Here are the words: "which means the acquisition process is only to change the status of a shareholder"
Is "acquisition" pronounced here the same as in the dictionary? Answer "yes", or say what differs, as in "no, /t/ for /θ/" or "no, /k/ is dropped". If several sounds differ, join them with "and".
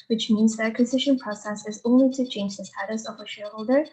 yes